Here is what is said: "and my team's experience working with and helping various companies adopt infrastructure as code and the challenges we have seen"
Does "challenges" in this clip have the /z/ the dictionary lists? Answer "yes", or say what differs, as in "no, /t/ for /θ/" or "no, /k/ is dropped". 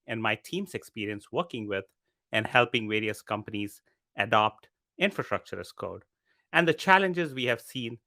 yes